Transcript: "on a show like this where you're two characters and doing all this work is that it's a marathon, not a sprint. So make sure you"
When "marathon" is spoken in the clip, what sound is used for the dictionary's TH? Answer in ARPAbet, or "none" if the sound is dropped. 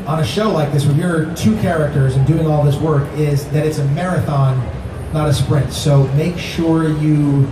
TH